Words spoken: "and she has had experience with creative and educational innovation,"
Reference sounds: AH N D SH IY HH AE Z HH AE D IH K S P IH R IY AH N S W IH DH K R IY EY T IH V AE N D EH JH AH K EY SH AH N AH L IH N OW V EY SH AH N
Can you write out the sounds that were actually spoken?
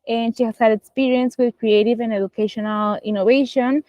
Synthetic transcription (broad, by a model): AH N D SH IY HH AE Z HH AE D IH K S P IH R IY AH N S W IH DH K R IY EY T IH V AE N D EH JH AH K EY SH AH N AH L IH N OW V EY SH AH N